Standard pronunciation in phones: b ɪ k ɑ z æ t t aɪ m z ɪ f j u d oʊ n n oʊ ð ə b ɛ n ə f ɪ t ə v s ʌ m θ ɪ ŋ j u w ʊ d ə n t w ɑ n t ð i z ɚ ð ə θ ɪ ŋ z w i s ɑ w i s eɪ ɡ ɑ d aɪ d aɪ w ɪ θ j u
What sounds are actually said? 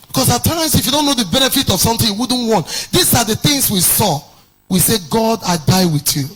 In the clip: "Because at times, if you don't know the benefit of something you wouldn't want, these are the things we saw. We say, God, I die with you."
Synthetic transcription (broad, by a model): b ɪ k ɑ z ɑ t t aɪ m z ɪ f j u d oʊ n n oʊ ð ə b ɛ n ə f ɪ t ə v s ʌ m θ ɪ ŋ j u w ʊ d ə n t w ɑ n t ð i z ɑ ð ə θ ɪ ŋ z w i s ɑ w i s eɪ ɡ ɑ d aɪ d aɪ w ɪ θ j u